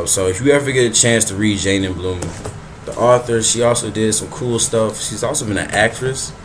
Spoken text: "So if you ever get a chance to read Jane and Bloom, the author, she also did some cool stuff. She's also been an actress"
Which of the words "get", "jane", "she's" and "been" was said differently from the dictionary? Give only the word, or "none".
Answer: none